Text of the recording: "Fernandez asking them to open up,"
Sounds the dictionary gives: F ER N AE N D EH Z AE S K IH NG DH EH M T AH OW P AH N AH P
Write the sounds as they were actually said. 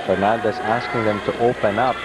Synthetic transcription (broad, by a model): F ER N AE N D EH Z AE S K IH NG DH EH M T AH OW P AH N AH P